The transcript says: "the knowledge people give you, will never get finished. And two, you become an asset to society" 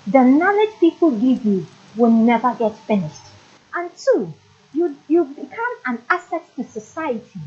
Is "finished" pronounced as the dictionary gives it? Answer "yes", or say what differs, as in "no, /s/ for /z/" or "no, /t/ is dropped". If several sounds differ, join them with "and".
yes